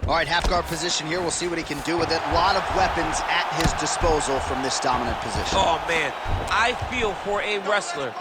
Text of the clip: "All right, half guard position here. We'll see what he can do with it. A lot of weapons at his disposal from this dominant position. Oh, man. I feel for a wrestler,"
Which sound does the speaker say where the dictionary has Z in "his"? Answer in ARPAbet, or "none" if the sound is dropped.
Z